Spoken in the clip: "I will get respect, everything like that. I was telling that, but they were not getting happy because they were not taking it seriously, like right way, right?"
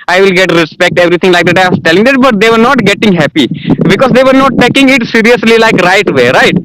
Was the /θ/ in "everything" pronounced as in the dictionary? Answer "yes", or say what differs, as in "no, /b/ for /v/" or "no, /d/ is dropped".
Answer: no, /t/ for /θ/